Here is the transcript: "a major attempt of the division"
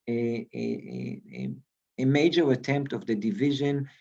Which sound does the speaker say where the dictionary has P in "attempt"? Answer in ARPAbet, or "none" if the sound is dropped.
P